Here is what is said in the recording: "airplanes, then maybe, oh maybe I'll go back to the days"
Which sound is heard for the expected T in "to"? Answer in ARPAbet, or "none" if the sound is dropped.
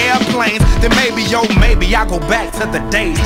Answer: S